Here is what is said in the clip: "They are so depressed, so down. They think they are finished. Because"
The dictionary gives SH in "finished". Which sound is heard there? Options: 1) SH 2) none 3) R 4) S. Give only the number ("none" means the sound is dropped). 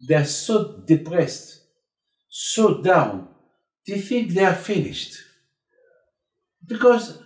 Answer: 1